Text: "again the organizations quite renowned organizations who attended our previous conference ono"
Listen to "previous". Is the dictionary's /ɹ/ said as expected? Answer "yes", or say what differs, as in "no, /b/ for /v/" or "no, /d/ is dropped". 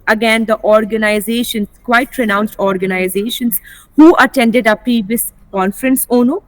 no, /ɹ/ is dropped